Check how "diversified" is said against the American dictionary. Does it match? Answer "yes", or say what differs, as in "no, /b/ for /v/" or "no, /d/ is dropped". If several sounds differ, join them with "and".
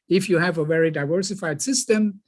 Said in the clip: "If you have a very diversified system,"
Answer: yes